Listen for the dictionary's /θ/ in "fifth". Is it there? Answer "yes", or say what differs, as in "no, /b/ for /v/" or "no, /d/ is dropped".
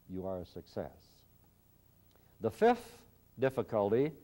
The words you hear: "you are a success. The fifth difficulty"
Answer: yes